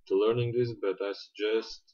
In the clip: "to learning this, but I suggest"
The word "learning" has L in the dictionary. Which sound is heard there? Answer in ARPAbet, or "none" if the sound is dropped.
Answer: L